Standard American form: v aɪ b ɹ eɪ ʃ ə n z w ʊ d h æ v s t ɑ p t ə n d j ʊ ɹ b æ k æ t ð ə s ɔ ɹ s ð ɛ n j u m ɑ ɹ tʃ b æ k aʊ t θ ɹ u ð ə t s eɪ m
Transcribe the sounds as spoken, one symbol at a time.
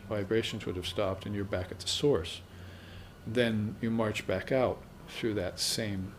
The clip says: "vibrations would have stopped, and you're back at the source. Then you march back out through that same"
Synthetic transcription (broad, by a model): v aɪ b ɹ eɪ ʃ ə n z w ʊ d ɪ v s t ɑ p t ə n j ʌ ɹ b æ k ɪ t ð ə s ɔ ɹ s ð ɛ n j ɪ m ɑ ɹ tʃ b æ k aʊ t θ ɹ u ð ə t s eɪ m